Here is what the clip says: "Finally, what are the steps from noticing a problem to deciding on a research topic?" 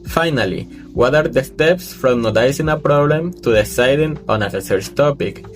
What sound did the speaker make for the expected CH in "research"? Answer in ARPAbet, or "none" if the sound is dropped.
S